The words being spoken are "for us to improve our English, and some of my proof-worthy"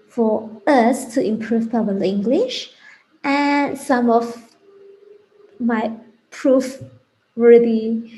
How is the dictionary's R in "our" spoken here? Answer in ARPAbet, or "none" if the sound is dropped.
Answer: L